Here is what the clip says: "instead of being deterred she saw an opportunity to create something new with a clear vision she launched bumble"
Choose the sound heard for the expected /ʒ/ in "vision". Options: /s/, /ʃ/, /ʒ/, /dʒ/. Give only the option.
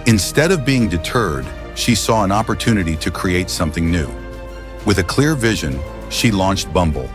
/ʒ/